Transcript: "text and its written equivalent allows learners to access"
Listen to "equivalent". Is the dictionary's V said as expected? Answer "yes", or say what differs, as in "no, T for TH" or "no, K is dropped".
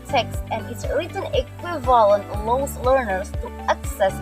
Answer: yes